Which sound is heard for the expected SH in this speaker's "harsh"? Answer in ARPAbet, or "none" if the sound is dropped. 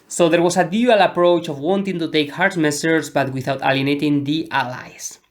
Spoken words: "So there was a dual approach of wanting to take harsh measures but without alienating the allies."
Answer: S